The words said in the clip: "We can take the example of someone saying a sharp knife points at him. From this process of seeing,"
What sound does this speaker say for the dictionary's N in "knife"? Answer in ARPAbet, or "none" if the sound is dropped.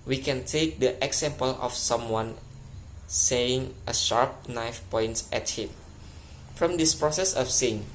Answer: N